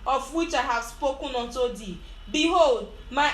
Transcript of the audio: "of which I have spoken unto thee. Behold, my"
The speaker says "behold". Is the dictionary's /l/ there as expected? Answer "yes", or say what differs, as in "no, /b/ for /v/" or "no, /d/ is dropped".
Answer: yes